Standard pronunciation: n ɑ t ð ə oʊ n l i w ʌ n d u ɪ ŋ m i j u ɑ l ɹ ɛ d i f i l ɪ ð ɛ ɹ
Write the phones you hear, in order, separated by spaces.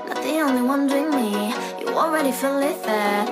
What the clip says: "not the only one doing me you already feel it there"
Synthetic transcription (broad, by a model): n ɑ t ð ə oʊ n i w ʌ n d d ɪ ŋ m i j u ɑ l ɹ ɛ d i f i l ɪ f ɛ